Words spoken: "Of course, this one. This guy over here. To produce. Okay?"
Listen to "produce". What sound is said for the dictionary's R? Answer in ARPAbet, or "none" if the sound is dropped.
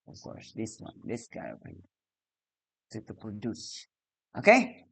none